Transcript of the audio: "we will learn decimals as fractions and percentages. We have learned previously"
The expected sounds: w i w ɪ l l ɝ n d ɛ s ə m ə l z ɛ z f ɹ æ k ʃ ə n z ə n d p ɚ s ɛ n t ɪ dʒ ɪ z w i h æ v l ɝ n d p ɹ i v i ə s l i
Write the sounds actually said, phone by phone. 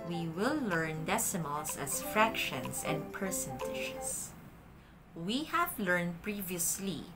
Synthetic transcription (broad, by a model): w i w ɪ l l ɝ n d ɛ s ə m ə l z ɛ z f ɹ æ k ʃ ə n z ə n d p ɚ s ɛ n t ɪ ʃ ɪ s w i h æ v l ɝ n d p ɹ i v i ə s l i